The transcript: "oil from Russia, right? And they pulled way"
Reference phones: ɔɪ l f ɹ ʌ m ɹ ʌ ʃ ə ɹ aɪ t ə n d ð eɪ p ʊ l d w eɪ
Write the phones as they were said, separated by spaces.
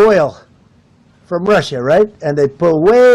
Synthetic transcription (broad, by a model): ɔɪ l f ɹ ʌ m ɹ ʌ ʃ ə ɹ aɪ t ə n ð eɪ p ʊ d w eɪ